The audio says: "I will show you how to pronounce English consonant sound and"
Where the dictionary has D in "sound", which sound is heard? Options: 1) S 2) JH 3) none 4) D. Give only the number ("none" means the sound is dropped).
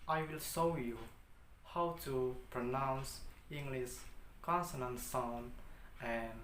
3